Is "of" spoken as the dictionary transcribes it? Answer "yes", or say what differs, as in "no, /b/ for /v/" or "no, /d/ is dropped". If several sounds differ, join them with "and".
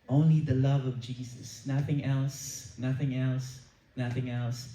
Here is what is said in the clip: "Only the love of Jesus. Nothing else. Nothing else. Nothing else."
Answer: yes